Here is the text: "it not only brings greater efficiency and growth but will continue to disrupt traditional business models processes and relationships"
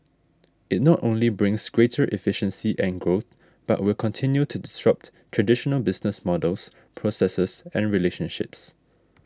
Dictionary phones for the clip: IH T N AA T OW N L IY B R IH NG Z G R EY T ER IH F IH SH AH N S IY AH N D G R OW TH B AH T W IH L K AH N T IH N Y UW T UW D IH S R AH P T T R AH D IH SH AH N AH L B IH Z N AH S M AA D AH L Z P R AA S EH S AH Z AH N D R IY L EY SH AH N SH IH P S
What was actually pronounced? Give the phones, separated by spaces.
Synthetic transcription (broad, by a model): IH T N AA T OW N L IY B R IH NG S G R EY T ER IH F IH SH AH N S IY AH N G R OW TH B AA T W IH L K AH N T IH N Y UW T UW D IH S R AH P T T R AH D IH SH AH N AH L B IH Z N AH S M AA D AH L S P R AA S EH S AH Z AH N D R IY L EY SH AH N SH IH P S